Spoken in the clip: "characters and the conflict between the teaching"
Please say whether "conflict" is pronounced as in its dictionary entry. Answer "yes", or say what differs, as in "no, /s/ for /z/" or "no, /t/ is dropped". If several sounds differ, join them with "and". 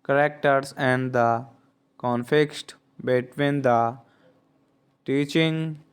no, /l/ is dropped